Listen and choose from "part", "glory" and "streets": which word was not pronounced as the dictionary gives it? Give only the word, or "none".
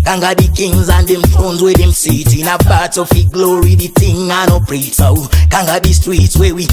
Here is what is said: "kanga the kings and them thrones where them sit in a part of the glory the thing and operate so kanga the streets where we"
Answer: part